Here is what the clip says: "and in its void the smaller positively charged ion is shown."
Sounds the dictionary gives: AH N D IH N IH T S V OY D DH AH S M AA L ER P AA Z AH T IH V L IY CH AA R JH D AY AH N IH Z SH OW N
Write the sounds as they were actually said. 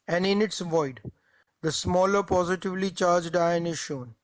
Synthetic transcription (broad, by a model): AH N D IH N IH T S V OY D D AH S M AA L ER P AA Z AH T IH V L IY CH AA R JH D AY AH N IH Z SH OW N